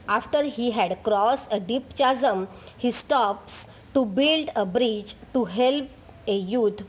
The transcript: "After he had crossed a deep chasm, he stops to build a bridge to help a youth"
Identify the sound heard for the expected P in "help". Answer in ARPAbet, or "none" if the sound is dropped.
P